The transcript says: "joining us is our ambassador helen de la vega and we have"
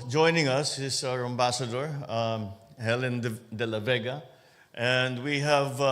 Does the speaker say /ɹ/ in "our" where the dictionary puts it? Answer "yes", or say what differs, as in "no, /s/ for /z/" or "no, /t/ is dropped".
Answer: yes